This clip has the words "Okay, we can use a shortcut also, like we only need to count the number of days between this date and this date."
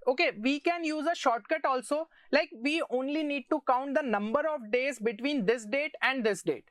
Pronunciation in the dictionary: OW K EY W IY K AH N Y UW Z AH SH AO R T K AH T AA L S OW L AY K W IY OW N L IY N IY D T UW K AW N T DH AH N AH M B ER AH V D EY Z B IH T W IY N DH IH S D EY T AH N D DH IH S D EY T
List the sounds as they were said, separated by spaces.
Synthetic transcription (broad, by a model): OW K EY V IY K AH N Y UW Z AH SH AO R T K AH T AA L S OW L AY K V IY OW N L IY N IY D T UW K AW N T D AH N AH M B ER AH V D EY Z B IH T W IY N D IH S D EY T AH N D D IH S D EY T